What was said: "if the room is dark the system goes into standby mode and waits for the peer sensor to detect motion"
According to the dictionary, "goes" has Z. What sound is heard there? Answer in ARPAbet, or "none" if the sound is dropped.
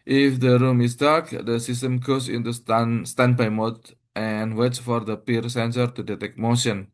S